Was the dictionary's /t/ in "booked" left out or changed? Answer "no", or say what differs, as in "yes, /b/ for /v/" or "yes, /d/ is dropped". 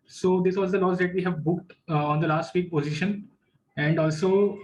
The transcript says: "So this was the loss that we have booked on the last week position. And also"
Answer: no